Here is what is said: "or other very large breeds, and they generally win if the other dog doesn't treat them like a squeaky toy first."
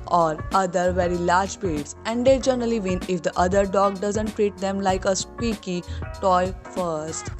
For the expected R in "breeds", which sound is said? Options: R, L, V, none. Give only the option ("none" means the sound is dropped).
none